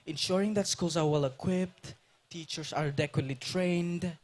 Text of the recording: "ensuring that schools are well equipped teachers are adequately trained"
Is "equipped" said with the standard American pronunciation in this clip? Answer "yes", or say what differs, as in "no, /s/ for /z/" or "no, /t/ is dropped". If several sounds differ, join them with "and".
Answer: yes